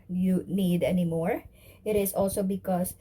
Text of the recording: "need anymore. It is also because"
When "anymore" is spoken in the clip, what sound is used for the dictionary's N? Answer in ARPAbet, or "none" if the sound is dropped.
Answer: N